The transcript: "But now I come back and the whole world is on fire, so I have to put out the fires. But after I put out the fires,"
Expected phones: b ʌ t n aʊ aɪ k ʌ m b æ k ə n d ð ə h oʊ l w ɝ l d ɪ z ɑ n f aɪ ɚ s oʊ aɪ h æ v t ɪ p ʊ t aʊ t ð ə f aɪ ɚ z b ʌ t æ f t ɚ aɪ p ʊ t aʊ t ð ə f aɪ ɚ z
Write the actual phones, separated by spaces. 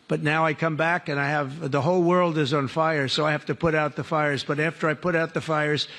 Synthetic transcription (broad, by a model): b ʌ t n aʊ aɪ k ʌ m b æ k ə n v ð ə h oʊ l w ɝ l d ɪ z n f aɪ ɚ s oʊ aɪ h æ f t ɪ p ʊ t aʊ t ð ə f aɪ ɚ z b ʌ t æ f t ɚ aɪ p ʊ t aʊ t ð ə f aɪ ɚ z